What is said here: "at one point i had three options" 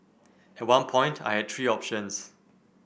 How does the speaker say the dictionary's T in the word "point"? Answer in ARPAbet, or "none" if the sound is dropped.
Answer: T